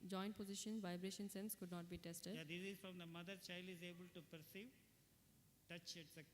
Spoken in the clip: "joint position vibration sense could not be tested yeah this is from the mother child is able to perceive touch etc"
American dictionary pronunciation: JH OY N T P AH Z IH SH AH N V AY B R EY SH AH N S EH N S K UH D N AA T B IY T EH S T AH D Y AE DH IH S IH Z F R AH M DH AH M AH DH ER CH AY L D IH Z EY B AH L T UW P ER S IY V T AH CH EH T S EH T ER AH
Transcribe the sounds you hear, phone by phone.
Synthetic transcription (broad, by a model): JH OY N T P AH Z IH SH AH N V AY B R EY SH AH N S EH N S K UH D N AA T B IY T EH S T AH D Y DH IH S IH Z F R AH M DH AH M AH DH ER CH AY L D IH Z EY B AH L T UW P ER S IY V T AH CH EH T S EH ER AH